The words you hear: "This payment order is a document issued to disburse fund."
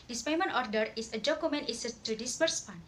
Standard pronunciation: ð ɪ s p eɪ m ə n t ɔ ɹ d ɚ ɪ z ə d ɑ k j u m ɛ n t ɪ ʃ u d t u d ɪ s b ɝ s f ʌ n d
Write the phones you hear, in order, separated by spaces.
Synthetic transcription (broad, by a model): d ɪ s p eɪ m ə n t ɔ ɹ d ɚ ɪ s ə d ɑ k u m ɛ n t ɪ s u t u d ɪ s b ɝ s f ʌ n